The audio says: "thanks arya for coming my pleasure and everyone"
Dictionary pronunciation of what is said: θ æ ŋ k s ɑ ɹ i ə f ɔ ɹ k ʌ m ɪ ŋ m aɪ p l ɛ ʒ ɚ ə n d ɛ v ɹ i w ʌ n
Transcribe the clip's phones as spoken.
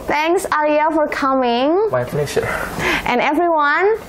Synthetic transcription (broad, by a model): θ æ ŋ k s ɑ l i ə f ɔ ɹ k ʌ m ɪ ŋ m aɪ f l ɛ ʃ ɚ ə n ɛ v ɹ i w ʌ n